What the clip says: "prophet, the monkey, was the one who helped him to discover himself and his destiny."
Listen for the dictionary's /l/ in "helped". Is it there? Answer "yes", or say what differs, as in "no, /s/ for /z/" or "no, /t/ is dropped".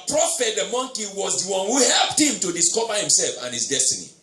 yes